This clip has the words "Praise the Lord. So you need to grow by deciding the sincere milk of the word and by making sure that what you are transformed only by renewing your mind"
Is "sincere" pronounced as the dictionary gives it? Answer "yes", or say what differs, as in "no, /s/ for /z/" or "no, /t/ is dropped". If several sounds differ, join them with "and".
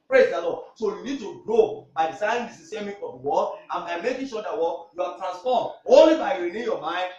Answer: no, /n/ is dropped